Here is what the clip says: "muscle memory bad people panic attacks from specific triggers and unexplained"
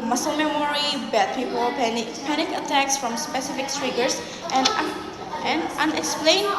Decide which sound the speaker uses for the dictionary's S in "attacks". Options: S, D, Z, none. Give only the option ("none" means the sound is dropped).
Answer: S